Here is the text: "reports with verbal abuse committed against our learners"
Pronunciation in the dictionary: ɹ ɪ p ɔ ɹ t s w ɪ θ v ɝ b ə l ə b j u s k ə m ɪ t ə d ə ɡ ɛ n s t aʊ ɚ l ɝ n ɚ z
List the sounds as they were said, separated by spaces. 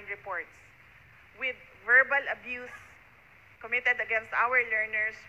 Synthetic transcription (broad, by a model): ɹ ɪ p ɔ ɹ t s w ɪ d v ɝ b ə l ə b j u s k ə m ɪ t ə d ə ɡ ɛ n s t aʊ ɚ l ɝ n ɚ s